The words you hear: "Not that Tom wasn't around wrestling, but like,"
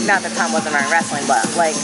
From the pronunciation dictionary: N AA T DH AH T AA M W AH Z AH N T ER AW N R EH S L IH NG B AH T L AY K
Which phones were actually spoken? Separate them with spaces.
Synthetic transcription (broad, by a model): N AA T DH AH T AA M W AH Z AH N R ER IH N R EH S L IH NG B AH T L AY K